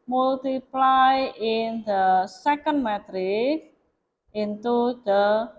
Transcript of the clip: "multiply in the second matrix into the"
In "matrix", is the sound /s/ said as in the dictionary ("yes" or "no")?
no